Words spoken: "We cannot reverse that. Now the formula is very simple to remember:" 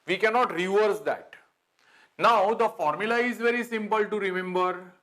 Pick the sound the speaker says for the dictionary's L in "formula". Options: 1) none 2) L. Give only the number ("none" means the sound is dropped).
2